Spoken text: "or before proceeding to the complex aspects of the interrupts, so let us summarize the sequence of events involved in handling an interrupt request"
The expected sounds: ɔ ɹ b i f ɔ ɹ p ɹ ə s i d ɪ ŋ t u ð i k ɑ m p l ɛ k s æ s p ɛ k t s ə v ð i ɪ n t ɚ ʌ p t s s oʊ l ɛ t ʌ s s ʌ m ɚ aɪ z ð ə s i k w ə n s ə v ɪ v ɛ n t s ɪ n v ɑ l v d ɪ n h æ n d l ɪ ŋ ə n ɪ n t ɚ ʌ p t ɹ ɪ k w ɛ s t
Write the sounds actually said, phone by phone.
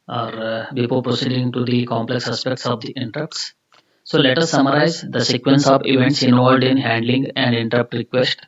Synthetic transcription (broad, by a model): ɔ ɹ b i p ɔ l p ɹ ə s i d ɪ ŋ t u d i k ɑ m p l ɛ k s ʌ s p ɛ k t s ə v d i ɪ n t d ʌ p t s s oʊ l ɛ t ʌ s s ʌ m ɚ aɪ z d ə s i k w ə n s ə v ɪ v ɛ n t s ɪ n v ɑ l d ɪ n h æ n d l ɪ ŋ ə n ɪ n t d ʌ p t ɹ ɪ k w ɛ s t